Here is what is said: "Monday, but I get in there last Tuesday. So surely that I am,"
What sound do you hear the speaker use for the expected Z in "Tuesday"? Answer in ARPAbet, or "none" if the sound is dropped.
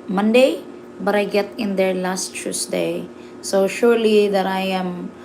S